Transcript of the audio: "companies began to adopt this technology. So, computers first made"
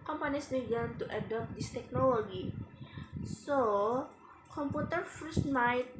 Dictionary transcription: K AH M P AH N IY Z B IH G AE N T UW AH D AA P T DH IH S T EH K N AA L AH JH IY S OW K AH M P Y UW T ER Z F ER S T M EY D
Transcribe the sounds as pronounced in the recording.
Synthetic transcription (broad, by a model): K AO M P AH N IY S B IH G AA N T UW AH D AA P T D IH S T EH K N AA L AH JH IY S OW K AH M P Y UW T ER F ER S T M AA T